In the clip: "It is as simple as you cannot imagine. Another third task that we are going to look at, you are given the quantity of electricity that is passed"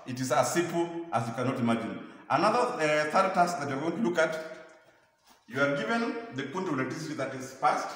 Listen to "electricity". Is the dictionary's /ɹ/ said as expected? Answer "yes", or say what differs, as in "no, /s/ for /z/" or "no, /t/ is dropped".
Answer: no, /ɹ/ is dropped